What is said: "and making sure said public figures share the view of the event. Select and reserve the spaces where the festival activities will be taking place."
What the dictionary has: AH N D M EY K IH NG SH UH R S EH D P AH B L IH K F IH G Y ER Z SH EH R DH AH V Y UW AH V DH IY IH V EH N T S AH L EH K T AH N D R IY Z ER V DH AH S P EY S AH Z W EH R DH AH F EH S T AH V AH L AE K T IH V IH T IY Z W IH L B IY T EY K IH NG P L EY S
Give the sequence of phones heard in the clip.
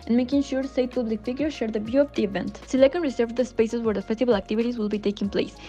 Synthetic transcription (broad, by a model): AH N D M EY K IH NG SH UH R S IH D P AH B L IH K F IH G Y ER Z SH EH R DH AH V Y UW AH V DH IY IH V EH N T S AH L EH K AH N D R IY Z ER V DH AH S P EY S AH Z W EH R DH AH F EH S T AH B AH L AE K T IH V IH T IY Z W IH L B IY T EY K IH NG P L EY S